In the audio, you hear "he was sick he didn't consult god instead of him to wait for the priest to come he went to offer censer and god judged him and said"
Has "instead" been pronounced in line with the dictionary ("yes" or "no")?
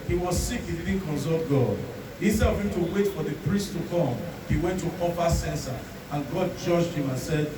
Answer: no